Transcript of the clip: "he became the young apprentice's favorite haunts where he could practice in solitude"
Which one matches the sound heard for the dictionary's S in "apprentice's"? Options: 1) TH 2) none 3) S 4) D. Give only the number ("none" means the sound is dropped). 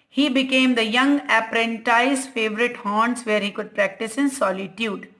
2